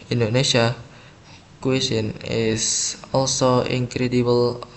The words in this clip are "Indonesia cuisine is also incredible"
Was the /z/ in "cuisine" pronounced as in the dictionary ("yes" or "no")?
no